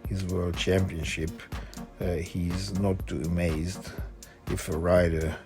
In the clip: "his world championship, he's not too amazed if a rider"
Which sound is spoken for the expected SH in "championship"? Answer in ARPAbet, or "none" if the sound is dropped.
SH